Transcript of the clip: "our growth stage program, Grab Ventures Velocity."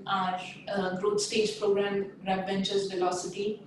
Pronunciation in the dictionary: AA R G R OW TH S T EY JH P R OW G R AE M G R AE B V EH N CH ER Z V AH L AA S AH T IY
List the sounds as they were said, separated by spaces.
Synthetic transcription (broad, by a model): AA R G R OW T S T EY JH P R OW G R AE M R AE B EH N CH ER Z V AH L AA S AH T IY